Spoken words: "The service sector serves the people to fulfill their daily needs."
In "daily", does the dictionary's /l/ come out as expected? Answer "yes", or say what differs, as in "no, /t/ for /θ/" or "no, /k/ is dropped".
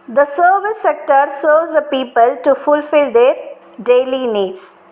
yes